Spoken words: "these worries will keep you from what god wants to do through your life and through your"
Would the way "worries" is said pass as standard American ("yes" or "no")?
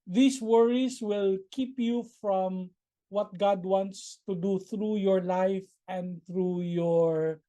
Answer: no